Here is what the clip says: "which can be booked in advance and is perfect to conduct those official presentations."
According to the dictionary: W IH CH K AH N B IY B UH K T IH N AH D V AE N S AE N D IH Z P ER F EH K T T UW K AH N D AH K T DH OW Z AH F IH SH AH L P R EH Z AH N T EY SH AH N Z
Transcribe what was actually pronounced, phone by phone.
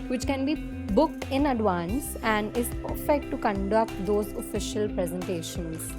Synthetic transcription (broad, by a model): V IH CH K AH N B IY B UH K T IH N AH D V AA N S AE N D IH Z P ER F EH K T T UW K AH N D AH K T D OW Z AH F IH SH AH L P R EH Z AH N T EY SH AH N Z